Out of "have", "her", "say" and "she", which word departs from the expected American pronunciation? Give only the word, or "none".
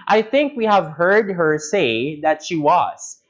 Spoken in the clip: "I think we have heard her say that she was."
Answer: none